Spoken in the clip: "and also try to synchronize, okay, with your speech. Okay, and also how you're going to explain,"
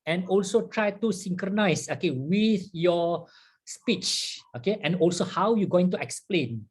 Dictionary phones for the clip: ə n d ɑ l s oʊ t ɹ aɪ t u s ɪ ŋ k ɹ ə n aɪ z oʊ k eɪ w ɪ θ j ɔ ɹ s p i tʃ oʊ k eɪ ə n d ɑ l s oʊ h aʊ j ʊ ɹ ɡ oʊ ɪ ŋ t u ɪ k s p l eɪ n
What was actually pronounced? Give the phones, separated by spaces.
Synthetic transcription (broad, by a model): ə n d ɑ l s oʊ t ɹ aɪ t u s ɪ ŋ k ɹ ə n aɪ s oʊ k eɪ w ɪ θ j ɔ s p i tʃ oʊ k eɪ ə n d ɑ l s oʊ h aʊ j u ɡ oʊ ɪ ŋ t u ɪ k s p l eɪ n